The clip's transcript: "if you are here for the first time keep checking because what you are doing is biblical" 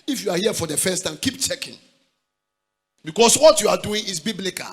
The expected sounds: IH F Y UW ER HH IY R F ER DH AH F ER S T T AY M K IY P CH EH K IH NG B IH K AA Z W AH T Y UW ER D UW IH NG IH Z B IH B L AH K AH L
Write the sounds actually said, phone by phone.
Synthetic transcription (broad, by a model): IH F Y UW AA HH IY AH F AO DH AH F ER S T T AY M K IY P CH EH K IH NG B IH K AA S W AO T Y UW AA D UW IH NG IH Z B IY B L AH K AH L